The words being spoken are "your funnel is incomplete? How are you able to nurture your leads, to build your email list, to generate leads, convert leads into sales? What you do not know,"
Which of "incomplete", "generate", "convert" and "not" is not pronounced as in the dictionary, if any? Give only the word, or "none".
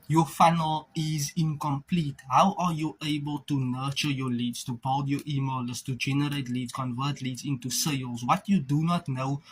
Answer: none